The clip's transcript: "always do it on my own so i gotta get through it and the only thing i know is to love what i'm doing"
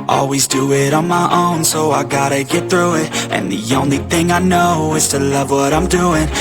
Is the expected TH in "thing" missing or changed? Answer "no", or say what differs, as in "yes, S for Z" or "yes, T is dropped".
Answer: no